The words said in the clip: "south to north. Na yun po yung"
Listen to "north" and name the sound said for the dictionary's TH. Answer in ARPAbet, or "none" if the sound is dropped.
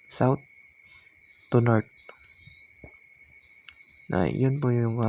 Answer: T